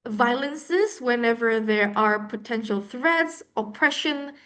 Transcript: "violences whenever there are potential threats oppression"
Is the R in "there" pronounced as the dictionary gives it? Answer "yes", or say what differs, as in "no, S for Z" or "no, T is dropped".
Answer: yes